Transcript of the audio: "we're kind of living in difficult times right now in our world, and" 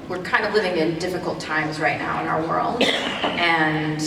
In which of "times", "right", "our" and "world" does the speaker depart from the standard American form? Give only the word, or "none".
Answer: none